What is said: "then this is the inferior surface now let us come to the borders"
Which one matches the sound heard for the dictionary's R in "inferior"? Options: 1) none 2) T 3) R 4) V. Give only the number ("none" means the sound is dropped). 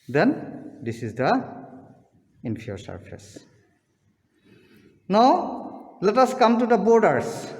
1